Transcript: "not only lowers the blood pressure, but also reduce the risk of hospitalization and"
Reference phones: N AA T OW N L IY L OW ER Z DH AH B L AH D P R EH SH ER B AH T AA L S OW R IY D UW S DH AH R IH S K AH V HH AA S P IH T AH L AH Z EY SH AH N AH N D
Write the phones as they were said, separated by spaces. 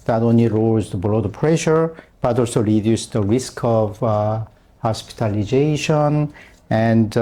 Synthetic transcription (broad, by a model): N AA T OW N L IY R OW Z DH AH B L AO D P R EH SH ER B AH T AA L S OW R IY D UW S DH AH R IH S K AH V HH AA S P IH T AH L AH Z EY SH AH N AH N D